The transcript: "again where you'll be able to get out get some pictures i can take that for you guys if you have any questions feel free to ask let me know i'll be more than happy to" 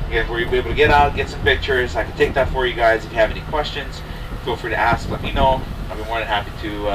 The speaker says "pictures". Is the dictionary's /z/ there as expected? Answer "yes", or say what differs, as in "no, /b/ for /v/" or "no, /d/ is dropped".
yes